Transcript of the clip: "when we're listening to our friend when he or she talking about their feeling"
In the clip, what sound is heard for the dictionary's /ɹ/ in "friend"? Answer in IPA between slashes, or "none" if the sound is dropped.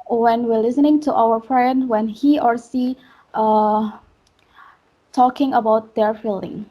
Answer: /ɹ/